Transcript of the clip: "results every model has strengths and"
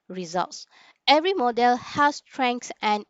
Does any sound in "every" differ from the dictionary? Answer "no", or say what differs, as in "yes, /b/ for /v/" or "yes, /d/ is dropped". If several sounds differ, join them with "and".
no